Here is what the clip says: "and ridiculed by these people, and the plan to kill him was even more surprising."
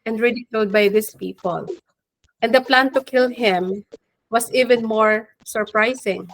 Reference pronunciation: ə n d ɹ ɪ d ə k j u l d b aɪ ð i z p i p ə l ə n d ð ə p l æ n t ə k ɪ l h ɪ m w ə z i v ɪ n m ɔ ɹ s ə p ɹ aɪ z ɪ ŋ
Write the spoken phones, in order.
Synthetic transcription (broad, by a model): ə n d ɹ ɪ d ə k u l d b aɪ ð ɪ s p i p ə l ə n d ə p l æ n t ə k ɪ l h ɪ m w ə s i v ɪ n m ɔ ɹ s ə p ɹ aɪ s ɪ ŋ